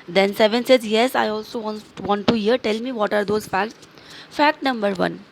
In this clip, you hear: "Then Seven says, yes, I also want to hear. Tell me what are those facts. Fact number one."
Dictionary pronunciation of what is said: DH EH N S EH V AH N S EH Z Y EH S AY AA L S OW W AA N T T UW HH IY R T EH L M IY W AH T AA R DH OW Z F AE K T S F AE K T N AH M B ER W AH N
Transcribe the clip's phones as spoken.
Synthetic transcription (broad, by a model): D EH N S EH V AH N S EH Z Y EH S AY AA L S OW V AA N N T UW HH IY R T EH L M IY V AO T AA R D OW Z F AE K T S F AE K T N AH M B ER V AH N